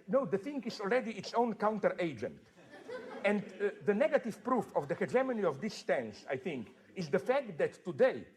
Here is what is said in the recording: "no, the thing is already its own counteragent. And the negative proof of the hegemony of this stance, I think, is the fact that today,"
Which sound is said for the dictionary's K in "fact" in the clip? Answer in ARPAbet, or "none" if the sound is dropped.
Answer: K